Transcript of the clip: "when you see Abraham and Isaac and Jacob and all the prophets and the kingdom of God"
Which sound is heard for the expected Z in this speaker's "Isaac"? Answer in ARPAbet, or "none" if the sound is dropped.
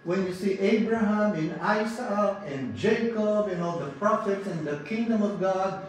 S